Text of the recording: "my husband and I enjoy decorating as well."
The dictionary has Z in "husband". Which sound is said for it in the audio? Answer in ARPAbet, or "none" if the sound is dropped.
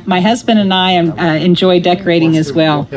Z